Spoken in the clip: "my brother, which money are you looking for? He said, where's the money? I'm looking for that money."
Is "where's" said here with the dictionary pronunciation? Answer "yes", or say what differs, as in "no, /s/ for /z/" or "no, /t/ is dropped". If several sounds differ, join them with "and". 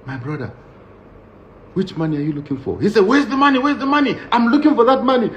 no, /w/ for /ɹ/